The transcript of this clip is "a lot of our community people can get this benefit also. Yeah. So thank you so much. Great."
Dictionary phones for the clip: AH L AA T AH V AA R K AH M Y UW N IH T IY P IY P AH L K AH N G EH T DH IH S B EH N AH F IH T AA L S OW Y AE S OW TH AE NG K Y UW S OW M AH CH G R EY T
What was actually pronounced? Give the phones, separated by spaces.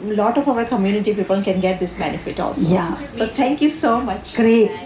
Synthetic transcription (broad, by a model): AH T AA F AH V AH R K AH M Y UW N IH T IY P IY P AH L K AH N G EH T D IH S B EH N AH F IH T AA L S OW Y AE S OW T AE NG K Y UW S OW M AH CH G R EY T